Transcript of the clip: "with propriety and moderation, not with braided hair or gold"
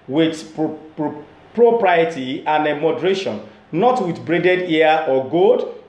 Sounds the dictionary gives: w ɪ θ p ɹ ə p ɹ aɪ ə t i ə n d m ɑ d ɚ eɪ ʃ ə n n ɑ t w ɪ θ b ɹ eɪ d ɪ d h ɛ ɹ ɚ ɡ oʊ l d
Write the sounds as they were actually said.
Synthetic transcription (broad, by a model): w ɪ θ p ɹ ə p ɹ aɪ ə t i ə n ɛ m ɑ d ɚ eɪ ʃ ə n n ɑ t w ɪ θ b ɹ eɪ d ɪ d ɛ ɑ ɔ ɡ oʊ d